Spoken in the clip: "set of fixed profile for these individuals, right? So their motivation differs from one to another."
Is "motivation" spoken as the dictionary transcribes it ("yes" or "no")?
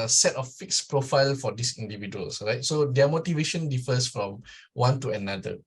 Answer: yes